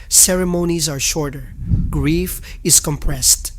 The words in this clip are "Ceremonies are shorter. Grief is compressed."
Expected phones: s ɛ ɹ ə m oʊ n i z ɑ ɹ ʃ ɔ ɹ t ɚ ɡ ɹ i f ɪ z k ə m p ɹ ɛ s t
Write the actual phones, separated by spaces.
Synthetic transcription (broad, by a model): s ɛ ɹ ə m oʊ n i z ɑ ɹ ʃ ɔ ɹ t ɚ ɡ ɹ i f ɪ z k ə m p ɹ ɛ s t